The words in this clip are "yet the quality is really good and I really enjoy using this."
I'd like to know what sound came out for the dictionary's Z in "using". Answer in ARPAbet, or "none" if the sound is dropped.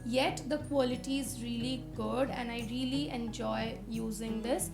Z